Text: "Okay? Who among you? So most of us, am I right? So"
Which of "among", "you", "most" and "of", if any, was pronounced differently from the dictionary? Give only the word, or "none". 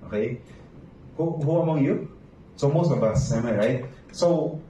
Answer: of